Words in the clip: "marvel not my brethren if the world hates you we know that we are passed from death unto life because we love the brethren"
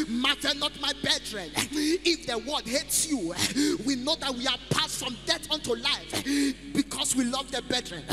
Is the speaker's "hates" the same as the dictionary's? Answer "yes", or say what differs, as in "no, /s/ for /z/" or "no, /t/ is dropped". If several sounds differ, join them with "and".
yes